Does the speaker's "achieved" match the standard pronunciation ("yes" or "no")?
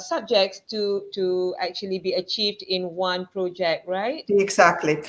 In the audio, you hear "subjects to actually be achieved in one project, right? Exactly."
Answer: yes